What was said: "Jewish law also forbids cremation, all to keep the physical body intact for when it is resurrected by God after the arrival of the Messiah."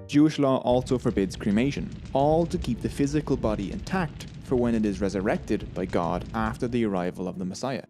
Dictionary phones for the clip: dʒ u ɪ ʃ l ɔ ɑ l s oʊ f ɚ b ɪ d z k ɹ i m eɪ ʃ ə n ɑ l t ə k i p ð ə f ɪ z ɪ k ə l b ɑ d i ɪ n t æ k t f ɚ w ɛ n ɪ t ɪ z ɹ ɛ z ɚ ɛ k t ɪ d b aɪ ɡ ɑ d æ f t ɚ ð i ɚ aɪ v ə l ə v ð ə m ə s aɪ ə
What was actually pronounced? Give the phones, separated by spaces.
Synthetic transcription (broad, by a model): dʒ u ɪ ʃ l ɔ ɑ l s oʊ f ɚ b ɪ d z k ɹ i m eɪ ʃ ə n ɑ l t ə k i p ð ə f ɪ z ɪ k ə l b ɑ d i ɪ n t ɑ k t f ɚ w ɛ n ɪ t ɪ z ɹ ɛ z ɚ ɛ k t ɪ d b aɪ ɡ ɑ d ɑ f t ɚ ð i ɚ aɪ v ə l ə v ð ə m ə s aɪ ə